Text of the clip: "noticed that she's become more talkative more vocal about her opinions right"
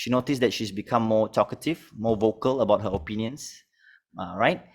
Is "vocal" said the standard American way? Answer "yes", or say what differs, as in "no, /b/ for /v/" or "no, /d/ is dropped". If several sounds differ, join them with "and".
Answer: yes